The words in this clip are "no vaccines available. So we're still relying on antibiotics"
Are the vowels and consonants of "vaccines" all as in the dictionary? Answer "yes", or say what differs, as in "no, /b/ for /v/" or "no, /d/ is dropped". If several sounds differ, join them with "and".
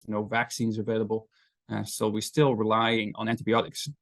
yes